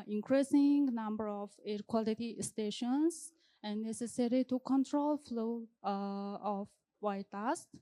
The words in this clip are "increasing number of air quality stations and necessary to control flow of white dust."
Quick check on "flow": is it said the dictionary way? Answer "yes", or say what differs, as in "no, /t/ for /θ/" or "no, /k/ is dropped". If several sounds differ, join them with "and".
yes